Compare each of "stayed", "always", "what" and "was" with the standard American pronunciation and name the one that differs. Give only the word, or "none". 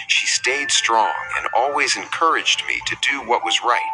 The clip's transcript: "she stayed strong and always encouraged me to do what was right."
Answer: none